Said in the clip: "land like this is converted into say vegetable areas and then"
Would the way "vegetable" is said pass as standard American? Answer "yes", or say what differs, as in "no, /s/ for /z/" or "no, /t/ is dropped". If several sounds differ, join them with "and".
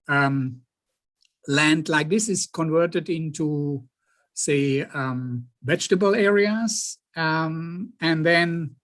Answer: yes